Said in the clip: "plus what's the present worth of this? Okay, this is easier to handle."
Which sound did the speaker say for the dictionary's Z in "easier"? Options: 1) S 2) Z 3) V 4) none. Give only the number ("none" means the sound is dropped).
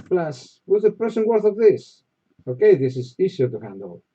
1